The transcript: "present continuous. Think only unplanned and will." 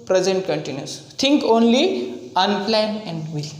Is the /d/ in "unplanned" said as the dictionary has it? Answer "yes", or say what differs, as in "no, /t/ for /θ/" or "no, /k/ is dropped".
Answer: no, /d/ is dropped